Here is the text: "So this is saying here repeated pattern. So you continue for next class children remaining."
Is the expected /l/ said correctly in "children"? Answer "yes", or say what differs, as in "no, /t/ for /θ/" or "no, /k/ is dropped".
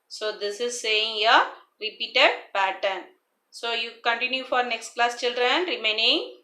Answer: yes